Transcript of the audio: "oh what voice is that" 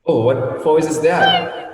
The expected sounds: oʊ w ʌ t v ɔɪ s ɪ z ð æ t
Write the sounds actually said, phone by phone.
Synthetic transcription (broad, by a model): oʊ w ʌ t f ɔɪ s ɪ z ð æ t